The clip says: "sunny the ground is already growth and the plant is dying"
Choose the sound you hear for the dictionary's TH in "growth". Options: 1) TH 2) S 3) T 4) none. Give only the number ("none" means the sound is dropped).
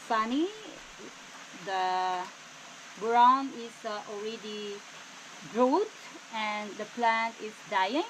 3